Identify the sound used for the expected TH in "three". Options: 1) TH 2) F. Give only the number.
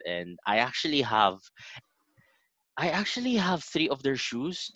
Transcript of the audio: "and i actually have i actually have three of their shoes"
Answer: 1